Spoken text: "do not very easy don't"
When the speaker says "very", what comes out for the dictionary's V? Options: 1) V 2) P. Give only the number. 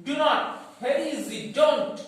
2